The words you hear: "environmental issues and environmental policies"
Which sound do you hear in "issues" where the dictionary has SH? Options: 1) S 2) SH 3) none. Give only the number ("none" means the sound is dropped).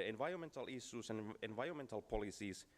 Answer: 1